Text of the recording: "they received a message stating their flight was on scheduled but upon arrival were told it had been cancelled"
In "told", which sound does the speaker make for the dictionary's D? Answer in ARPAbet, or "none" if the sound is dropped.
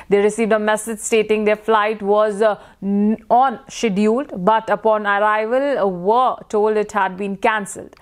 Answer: D